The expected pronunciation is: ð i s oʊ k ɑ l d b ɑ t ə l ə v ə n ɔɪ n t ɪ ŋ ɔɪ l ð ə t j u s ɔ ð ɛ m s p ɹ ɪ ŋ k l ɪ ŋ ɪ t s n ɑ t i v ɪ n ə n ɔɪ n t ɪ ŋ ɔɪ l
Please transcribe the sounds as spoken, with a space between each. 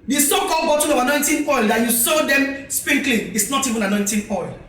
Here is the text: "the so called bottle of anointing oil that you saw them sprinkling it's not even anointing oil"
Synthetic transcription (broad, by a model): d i s oʊ k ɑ l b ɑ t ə n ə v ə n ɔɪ n t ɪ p ɔɪ l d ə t j u s ɔ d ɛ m s p ɪ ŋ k l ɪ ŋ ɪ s n ɑ t i v ɪ n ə n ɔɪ n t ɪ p ɔɪ l